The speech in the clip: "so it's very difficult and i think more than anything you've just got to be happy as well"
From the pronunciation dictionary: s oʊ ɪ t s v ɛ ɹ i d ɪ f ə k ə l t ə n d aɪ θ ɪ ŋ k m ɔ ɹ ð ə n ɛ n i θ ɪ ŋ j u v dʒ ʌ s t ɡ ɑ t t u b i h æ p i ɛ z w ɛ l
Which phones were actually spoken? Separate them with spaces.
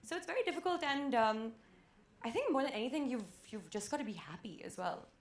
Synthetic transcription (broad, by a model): s oʊ ɪ t s v ɛ ɹ i d ɪ f ə k ə l t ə n d aɪ θ ɪ ŋ k m ɔ ɹ ð ə n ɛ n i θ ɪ ŋ j u v dʒ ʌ s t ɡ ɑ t t u b i h æ p i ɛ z w ɛ l